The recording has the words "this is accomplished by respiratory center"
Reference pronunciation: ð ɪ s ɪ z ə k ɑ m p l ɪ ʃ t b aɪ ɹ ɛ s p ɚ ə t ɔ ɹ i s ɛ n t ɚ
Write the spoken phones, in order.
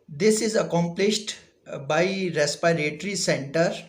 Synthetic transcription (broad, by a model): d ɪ s ɪ z ə k ɑ m p l ɪ ʃ t b aɪ ɹ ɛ s p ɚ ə t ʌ ɹ i s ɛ n t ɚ